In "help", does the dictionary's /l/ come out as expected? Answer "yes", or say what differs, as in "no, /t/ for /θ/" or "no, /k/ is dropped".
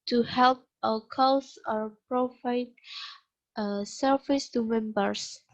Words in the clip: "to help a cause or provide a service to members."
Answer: yes